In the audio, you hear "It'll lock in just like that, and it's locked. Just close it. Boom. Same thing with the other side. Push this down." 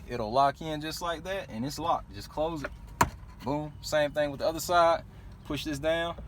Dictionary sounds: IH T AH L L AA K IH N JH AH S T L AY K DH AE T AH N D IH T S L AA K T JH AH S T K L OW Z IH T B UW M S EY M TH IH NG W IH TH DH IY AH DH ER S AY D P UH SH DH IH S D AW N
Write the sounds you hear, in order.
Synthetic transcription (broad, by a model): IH T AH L L AA K IH N JH AH S T L AY K DH AE T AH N IH T S L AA T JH AH S K L OW Z IH T B UW M S EY M TH IH NG W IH DH IY AH DH ER S AY D P UH SH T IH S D AW N